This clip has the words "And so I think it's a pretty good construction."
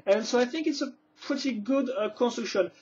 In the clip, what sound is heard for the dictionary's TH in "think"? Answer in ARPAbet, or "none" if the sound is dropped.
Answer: TH